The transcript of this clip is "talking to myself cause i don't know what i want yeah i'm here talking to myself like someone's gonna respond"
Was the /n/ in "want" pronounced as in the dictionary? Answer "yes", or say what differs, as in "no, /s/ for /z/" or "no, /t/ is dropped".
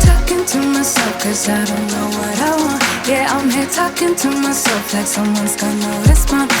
no, /n/ is dropped